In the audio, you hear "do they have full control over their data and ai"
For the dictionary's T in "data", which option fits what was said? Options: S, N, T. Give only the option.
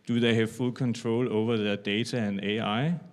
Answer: S